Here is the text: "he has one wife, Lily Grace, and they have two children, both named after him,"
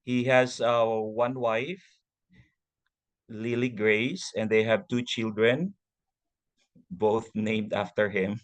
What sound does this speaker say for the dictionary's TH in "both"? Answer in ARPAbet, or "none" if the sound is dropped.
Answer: TH